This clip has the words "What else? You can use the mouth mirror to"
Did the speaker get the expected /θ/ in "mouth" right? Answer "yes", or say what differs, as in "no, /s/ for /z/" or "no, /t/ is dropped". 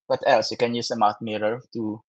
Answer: no, /t/ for /θ/